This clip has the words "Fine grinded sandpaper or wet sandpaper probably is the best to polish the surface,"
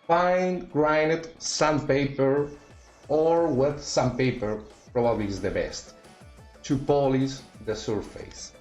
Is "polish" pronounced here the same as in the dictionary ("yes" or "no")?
no